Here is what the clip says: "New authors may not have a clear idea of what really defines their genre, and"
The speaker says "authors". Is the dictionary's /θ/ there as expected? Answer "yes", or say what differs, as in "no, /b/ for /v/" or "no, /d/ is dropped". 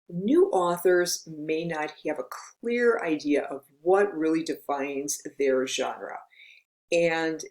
yes